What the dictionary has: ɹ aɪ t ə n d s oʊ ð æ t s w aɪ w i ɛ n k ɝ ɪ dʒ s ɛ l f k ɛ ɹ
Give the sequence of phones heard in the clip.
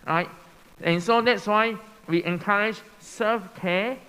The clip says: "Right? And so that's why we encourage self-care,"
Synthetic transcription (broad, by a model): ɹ aɪ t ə n s oʊ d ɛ t s w aɪ w i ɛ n k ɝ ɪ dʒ s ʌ f k ɛ